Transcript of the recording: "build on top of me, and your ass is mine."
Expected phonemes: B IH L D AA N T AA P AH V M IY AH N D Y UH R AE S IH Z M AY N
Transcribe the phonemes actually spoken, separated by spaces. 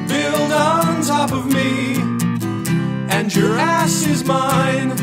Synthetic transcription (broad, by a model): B IH L D N T AA P AH V M IY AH N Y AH R AE S IH Z M AY N